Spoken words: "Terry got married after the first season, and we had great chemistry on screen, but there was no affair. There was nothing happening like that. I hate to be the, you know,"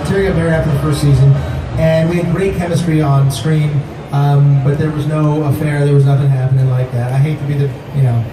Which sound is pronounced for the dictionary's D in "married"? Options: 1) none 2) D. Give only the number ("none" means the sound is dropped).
1